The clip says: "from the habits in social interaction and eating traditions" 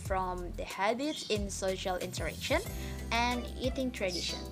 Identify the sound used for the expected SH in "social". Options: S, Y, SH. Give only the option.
SH